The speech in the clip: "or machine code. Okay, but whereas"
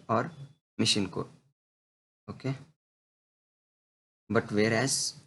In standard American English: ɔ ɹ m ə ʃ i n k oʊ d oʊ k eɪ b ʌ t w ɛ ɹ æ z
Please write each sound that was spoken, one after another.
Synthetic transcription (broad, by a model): ɔ ɹ m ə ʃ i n k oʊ oʊ k eɪ b ʌ t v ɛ ɹ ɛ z